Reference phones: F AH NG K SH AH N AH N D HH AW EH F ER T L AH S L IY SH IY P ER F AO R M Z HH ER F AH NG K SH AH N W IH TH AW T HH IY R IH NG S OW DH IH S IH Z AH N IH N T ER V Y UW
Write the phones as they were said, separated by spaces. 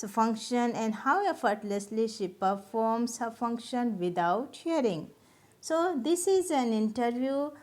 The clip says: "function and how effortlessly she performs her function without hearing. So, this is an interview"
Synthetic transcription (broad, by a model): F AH NG K SH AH N AH N D HH AW EH F ER T L AH S L IY SH IY P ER F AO R M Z HH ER F AH NG K SH AH N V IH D AW T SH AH R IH NG S OW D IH S IH Z AH N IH N T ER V Y UW